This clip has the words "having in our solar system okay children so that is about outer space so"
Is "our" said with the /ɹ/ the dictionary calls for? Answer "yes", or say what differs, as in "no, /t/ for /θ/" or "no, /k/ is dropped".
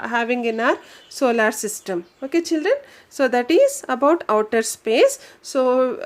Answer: yes